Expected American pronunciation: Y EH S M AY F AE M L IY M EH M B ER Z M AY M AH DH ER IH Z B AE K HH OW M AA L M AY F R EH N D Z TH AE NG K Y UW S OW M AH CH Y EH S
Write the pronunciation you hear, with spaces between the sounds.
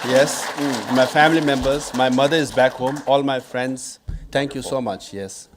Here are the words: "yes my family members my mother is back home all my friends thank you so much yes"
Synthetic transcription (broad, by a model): Y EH S M AY F AE M L IY M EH M B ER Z M AY M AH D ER IH Z B AE K HH OW M AA L M AY F R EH N D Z T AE NG K Y UW S OW M AH CH Y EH S